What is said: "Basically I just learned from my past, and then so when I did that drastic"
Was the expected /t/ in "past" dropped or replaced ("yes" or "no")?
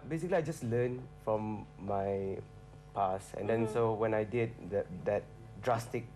yes